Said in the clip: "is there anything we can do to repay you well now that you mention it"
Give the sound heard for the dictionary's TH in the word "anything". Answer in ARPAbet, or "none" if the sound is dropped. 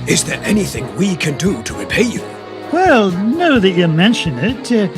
TH